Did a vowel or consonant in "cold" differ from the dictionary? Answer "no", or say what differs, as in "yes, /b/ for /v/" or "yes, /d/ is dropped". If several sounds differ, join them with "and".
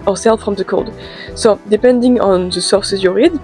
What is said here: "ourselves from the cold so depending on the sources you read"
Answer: no